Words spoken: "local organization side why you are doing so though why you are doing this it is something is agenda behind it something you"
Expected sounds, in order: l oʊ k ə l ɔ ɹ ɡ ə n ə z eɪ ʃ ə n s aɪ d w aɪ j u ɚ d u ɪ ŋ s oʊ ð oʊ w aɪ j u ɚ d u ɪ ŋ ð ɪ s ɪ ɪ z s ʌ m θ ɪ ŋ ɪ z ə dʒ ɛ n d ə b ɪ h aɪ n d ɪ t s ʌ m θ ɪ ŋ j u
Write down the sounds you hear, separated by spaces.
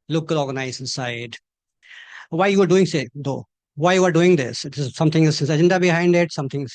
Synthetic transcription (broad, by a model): l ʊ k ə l ɔ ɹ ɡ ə n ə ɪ s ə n s aɪ d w aɪ j u ɚ d u ɪ ŋ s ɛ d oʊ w aɪ j u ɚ d u ɪ ŋ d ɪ s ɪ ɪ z s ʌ m t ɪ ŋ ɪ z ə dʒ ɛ n d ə b ɪ h aɪ n d ɪ t s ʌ m t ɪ ŋ